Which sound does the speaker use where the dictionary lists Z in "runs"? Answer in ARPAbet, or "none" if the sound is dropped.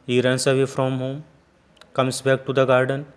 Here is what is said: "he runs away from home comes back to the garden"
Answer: S